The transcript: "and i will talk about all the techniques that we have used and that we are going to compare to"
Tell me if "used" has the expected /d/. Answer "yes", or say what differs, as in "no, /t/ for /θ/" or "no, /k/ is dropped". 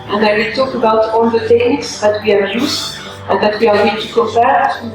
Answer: no, /d/ is dropped